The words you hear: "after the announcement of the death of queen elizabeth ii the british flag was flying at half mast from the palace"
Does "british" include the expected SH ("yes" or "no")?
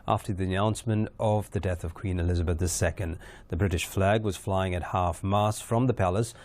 yes